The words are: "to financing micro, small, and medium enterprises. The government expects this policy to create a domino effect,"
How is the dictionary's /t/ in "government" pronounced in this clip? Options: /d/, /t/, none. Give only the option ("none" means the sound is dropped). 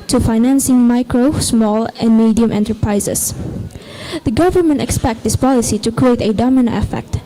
/t/